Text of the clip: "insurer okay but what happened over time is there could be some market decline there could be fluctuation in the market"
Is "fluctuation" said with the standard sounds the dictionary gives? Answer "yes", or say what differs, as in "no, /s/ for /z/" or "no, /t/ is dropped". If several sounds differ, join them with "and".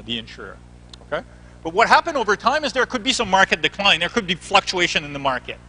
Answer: yes